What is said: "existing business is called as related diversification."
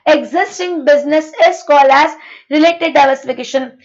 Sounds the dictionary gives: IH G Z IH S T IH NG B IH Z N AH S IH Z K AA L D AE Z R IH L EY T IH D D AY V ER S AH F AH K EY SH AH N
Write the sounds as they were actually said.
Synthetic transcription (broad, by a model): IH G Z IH S T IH NG B IH Z N AH S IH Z K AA L AE Z R IH L EY T IH D D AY V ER S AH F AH K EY SH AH N